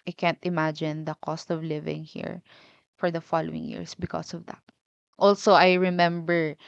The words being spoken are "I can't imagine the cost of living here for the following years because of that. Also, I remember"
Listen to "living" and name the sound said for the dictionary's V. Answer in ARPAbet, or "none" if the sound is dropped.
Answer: V